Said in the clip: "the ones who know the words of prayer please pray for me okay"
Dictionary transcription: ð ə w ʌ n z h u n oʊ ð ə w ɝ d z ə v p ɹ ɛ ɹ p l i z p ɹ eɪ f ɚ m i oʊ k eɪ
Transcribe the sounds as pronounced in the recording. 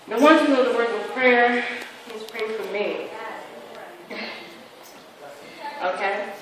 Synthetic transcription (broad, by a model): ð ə w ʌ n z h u n oʊ ð ə w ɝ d ə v p ɹ ɛ ɹ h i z p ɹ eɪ f ɚ m i oʊ k eɪ